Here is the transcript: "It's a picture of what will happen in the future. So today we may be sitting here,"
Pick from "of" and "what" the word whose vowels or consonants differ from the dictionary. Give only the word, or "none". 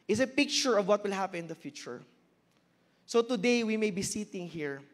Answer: none